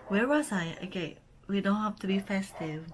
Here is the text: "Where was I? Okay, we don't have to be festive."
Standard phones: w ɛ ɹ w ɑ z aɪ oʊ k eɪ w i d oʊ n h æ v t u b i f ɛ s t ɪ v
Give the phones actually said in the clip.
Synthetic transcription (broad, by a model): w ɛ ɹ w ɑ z aɪ oʊ k eɪ w i d oʊ n h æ f t u b i f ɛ s t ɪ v